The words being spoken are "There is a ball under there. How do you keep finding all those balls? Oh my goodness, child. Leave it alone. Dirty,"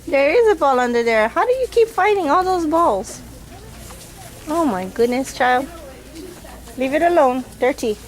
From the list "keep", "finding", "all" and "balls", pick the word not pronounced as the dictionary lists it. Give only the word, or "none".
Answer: finding